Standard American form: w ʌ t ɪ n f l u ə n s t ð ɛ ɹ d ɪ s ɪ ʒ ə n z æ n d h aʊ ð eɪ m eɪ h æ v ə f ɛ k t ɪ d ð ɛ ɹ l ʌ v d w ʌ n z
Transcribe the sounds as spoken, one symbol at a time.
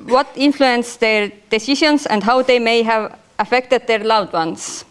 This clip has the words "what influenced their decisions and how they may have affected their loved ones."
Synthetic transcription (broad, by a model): w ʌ t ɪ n f l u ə n s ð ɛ ɹ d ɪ s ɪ ʃ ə n s æ n d h aʊ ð eɪ m eɪ h æ v ə f ɛ k t ɪ d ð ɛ ɹ l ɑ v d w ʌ n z